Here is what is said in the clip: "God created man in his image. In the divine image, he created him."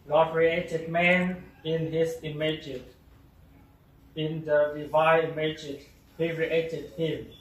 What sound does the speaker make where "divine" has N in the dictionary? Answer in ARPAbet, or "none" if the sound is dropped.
none